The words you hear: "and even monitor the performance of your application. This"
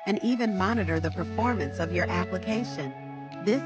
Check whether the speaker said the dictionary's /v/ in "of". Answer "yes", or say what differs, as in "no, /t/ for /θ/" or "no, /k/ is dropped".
yes